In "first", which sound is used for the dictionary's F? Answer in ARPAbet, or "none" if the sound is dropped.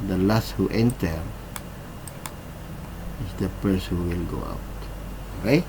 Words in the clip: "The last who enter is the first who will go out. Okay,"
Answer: P